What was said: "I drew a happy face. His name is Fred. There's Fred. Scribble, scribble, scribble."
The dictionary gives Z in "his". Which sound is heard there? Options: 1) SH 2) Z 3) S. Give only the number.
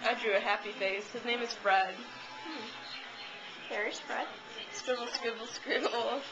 2